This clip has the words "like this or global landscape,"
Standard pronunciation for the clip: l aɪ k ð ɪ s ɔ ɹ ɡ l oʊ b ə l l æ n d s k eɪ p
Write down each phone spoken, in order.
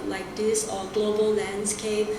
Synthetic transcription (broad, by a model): l aɪ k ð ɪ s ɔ l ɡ l oʊ b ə l l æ n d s k eɪ p